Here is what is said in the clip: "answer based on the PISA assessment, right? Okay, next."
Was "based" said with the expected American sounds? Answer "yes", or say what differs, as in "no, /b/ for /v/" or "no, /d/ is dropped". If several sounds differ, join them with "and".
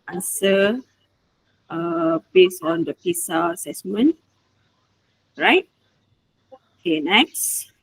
no, /t/ is dropped